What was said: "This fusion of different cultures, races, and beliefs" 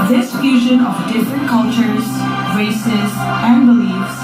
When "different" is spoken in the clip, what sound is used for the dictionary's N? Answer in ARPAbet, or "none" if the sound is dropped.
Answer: N